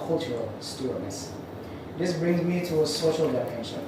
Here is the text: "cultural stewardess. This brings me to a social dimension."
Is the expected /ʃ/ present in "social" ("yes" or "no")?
yes